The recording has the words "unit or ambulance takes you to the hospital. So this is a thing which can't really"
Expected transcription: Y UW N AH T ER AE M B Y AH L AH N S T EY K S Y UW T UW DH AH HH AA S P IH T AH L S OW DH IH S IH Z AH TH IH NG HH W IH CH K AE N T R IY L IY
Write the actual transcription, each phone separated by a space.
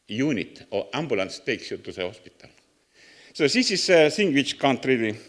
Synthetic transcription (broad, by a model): Y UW N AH T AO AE M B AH L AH N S T EY K S Y UW T UW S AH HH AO S P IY T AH L S OW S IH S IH S AH S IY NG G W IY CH K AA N T R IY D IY